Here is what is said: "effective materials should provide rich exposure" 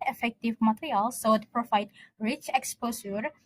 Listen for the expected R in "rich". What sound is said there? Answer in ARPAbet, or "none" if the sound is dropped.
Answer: R